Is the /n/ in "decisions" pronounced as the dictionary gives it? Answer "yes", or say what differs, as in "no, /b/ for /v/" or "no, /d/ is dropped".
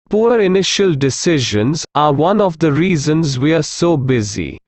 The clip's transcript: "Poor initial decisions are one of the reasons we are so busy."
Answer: yes